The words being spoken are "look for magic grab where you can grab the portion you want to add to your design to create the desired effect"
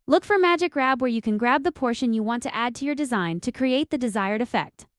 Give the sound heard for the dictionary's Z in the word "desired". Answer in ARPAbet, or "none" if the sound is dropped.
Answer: Z